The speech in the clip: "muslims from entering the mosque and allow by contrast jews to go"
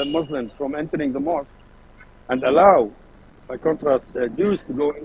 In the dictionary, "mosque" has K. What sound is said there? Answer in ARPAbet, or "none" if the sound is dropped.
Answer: K